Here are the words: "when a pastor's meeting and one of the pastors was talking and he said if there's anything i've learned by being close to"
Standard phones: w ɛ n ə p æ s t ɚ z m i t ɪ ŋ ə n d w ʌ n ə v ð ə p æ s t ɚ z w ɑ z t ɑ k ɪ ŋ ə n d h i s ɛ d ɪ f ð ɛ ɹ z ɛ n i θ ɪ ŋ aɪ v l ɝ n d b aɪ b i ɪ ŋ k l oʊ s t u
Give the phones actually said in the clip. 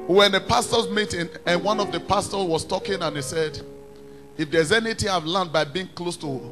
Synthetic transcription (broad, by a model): w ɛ n ə p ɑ s t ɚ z m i t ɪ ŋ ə n w ʌ n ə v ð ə p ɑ s t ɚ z w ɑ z t ɑ k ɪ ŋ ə n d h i s ɛ d ɪ f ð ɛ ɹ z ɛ n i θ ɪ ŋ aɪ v l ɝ n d b aɪ b i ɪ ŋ k l oʊ s t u